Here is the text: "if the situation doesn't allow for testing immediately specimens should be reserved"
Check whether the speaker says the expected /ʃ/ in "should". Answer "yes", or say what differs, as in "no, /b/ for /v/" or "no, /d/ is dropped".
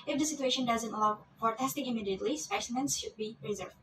yes